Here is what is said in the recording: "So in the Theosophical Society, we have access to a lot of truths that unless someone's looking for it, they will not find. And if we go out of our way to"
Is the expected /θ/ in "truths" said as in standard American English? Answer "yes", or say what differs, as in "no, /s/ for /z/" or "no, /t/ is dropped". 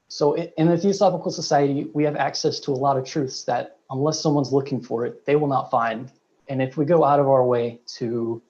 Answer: yes